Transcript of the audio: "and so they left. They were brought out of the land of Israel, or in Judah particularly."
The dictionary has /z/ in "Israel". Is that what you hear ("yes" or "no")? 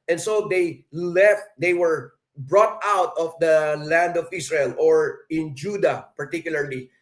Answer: no